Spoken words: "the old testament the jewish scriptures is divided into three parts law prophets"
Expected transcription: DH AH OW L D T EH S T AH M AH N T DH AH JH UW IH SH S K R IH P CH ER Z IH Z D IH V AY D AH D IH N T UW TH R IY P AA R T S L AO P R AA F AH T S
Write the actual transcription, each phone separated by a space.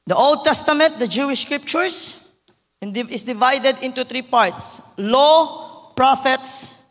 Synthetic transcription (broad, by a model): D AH OW L D T EH S T AH M AH N T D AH JH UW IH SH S K R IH P CH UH S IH S D IH V AY D AH D IH N T UW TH R IY P AA R T S L AO P R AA F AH T S